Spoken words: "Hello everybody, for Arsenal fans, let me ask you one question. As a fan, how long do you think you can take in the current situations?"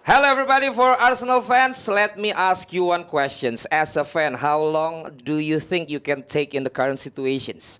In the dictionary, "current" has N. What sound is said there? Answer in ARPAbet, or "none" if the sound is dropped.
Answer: N